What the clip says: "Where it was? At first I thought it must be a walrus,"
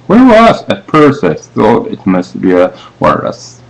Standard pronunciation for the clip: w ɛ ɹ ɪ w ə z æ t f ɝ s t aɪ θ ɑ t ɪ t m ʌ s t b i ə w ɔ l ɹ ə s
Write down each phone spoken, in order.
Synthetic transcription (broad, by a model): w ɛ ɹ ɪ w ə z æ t p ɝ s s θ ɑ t ɪ t m ʌ s t b i ə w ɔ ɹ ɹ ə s